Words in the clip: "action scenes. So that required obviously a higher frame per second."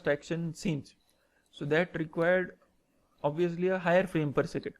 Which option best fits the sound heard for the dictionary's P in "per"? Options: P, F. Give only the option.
P